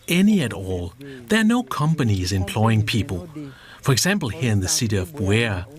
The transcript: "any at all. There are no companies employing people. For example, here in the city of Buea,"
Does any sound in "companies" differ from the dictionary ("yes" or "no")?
no